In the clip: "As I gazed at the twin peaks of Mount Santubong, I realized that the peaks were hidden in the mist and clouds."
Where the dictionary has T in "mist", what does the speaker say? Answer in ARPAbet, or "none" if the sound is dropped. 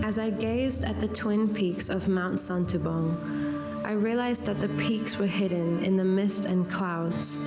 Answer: T